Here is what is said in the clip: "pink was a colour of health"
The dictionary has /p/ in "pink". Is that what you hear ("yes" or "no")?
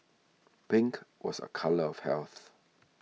no